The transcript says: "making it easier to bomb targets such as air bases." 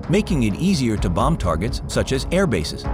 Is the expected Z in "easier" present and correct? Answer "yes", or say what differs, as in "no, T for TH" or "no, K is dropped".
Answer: yes